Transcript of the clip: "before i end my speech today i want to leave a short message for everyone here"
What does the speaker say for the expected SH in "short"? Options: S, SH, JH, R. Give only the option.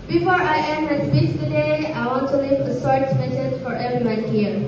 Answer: S